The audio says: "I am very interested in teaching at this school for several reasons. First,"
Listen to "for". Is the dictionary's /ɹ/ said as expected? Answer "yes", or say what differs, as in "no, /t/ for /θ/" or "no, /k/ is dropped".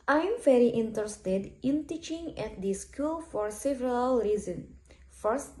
yes